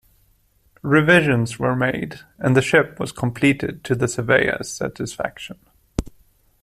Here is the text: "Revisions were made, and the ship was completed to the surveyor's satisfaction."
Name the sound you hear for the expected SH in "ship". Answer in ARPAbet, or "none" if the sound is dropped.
SH